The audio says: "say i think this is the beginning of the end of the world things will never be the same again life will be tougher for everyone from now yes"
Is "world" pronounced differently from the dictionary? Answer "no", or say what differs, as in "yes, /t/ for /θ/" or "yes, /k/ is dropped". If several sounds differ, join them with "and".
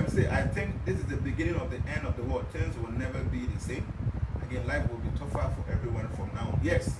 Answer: yes, /l/ is dropped